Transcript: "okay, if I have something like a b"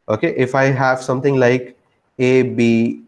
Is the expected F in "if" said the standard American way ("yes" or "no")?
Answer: yes